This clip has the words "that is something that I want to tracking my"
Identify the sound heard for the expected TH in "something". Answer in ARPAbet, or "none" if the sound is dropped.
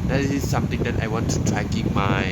T